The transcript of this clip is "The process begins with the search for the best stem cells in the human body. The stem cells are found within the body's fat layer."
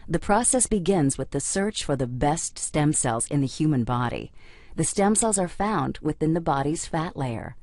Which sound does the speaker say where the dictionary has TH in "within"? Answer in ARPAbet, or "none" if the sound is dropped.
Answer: TH